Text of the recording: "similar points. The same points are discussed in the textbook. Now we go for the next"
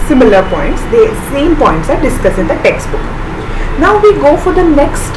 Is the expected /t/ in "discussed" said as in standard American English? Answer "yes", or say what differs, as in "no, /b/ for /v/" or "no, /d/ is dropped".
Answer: no, /t/ is dropped